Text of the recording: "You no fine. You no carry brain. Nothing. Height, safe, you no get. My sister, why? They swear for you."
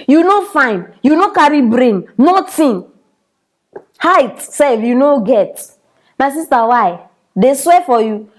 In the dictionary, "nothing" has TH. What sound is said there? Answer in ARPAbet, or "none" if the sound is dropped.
T